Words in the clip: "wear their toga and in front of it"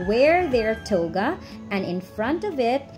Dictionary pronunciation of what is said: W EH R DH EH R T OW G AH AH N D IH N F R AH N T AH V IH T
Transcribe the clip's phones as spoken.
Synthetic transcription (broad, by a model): W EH R DH EH R T OW G AH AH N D IH N F R AH N T AH V IH T